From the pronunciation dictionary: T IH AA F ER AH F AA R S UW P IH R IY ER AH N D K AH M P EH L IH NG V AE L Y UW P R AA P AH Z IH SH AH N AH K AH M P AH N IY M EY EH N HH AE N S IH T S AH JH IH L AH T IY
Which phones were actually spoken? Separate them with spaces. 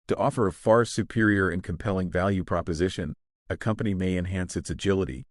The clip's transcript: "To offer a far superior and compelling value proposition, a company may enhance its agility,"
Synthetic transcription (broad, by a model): T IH AA F ER AH F AA R S UW P IH R IY ER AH N K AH M P EH L IH NG V AE L Y UW P R AA P AH Z IH SH AH N AH K AH M P AH N IY M EY EH N HH AE N S IH T S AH JH IH L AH T IY